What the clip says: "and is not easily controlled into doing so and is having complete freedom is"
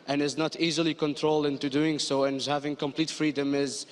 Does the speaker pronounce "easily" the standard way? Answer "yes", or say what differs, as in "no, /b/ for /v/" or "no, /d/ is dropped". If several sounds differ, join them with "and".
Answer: yes